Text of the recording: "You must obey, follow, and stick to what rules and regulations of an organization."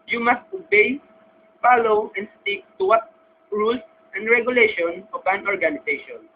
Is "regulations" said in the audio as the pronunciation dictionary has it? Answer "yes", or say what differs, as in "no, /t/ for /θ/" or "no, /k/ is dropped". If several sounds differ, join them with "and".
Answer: no, /z/ is dropped